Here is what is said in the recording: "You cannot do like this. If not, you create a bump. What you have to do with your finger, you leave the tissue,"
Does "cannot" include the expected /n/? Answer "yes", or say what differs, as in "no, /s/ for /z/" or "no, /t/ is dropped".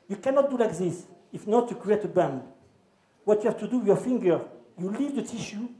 yes